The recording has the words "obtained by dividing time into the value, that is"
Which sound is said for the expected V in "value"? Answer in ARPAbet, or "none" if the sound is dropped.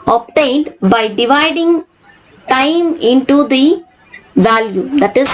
V